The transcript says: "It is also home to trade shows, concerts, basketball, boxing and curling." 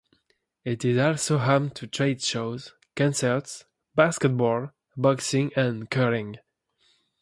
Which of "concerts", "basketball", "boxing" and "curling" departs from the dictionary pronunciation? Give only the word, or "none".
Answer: curling